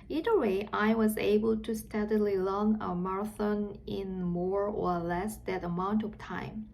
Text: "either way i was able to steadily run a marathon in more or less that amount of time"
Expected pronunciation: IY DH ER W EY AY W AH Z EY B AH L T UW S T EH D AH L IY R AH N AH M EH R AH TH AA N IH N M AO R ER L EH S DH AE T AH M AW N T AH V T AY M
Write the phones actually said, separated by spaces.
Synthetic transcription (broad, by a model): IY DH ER W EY AY W AH Z EY B AH L T UW S T EH D AH L IY L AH N AH M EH R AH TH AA N IH N M AO R ER L EH S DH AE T AH M AW N T AH V T AY M